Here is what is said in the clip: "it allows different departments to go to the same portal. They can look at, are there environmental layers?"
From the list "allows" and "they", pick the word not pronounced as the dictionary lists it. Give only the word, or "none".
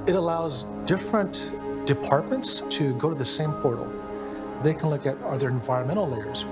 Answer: none